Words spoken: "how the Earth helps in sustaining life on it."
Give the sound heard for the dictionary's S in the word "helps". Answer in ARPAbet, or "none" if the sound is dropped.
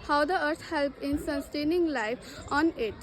none